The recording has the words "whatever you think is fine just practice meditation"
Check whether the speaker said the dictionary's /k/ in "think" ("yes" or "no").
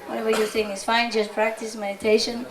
no